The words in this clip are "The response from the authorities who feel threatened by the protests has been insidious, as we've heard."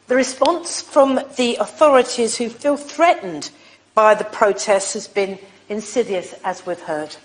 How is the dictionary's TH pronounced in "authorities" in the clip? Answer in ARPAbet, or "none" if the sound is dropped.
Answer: TH